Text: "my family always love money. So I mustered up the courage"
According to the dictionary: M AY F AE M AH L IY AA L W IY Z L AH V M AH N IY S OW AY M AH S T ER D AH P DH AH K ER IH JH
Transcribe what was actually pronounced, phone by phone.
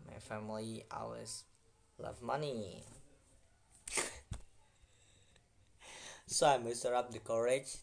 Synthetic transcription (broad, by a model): M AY F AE M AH L IY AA W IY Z L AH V M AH N IY S OW AY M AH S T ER AH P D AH K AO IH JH